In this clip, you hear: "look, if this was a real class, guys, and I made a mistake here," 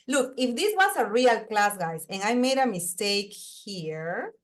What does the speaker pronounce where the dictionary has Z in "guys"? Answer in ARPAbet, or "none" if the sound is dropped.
S